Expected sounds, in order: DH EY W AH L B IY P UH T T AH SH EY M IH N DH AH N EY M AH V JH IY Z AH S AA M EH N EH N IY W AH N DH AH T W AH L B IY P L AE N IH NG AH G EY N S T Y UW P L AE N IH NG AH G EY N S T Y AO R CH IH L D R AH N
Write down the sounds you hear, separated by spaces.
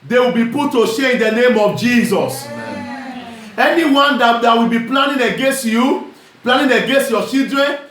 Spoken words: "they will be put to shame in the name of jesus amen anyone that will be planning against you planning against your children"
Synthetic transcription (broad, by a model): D EY W AH L B IY P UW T T AH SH EY IH N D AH N EY M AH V JH IY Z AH S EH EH N IY W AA N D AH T W AH L B IY P L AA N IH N AH G EY N S T Y UW P L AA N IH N AH G EY N S T Y AO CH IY L D R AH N